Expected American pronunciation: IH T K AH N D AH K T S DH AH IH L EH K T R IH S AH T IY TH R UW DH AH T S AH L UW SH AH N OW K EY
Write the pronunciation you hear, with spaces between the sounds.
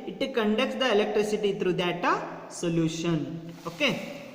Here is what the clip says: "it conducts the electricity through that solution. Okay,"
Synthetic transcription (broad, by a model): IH T K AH N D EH K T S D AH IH L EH K T R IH S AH T IY T R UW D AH T S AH L UW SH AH N OW K EY